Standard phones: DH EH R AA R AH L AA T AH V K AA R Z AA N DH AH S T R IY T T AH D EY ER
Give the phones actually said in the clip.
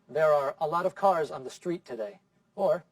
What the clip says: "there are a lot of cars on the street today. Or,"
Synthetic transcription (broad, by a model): DH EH R AA R AH L AA T AH V K AA R Z N DH AH S T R IY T T AH D EY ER